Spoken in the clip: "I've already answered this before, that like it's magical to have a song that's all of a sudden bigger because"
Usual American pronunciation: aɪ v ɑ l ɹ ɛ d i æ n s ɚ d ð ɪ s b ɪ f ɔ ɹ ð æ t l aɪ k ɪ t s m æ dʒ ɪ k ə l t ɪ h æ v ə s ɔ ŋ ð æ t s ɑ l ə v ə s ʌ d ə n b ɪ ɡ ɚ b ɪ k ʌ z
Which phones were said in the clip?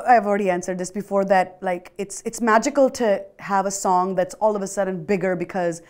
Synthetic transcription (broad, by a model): aɪ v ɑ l ɹ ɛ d i æ n s ɚ d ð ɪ s b ɪ f ɔ ɹ ð æ t l aɪ k ɪ t s m æ dʒ ɪ k ə l t ɪ h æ v ə s ɔ ŋ ð æ t s ɑ l ə v ə s ʌ d ə n b ɪ ɡ ɚ b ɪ k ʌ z